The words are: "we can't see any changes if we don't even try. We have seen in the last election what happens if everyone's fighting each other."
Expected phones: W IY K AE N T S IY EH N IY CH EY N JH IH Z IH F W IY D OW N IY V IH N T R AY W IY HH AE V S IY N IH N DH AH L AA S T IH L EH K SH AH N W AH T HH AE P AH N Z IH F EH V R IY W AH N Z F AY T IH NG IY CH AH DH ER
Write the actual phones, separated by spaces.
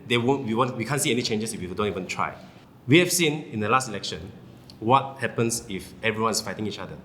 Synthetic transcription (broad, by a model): W IY K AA N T S IY EH N IY CH EY N JH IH S IH F W IY D OW N IY V IH N T R AY W IY HH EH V S IY N IH N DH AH L AA S T IH L EH K SH AH N W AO T HH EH P AH N S IH F EH V R IY W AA N S F AY T IH NG IY CH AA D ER